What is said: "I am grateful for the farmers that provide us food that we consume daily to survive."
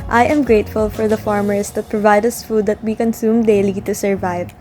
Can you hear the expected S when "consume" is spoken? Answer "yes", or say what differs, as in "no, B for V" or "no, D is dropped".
yes